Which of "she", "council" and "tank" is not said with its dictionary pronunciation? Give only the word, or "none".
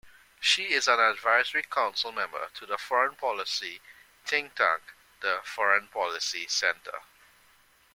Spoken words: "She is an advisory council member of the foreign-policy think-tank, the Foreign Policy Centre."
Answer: tank